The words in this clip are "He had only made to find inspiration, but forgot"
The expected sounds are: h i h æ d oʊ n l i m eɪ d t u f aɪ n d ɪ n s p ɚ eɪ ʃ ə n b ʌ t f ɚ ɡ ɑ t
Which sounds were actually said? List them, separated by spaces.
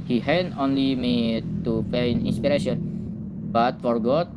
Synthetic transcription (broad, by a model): h i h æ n oʊ n l i m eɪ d t u p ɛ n ɪ n s p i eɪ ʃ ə n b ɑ t f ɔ ɡ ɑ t